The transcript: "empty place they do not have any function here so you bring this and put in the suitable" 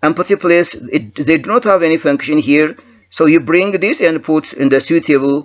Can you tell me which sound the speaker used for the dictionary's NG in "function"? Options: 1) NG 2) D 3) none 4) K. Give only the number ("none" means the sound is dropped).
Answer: 1